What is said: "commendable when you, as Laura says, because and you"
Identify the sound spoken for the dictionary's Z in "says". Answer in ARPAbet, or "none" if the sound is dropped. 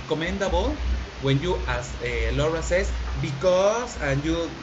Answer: S